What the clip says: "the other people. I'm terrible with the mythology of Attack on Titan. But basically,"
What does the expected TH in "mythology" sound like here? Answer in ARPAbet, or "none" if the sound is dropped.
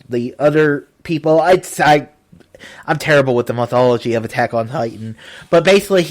TH